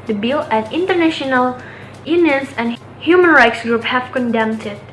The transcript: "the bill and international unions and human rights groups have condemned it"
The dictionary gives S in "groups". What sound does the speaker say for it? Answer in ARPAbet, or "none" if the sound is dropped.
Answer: none